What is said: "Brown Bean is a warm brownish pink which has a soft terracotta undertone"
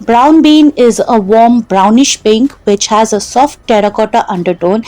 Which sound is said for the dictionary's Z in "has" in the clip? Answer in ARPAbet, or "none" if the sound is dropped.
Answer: Z